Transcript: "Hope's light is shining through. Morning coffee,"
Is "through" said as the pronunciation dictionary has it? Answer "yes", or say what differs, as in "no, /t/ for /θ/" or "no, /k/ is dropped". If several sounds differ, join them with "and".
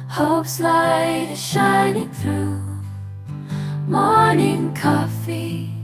yes